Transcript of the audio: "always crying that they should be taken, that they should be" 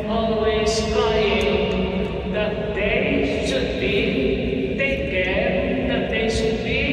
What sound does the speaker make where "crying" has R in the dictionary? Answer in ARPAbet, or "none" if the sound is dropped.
none